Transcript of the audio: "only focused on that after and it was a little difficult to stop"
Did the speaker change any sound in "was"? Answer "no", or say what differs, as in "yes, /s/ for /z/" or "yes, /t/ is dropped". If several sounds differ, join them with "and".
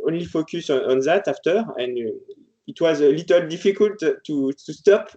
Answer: no